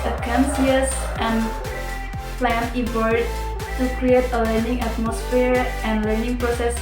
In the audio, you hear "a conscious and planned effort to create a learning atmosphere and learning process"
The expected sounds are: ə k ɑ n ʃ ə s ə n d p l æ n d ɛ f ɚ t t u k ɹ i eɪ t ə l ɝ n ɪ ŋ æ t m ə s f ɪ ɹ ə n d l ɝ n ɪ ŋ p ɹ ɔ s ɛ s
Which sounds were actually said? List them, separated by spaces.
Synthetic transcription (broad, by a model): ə k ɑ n s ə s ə n p l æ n i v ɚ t t u k ɹ i eɪ t ə l ɝ n ɪ ŋ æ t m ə s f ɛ ɹ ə n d l ɝ n ɪ ŋ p ɹ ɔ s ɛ s